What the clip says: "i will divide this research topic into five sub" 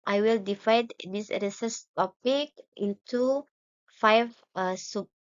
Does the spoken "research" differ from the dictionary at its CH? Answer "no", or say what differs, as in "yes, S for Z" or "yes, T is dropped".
yes, S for CH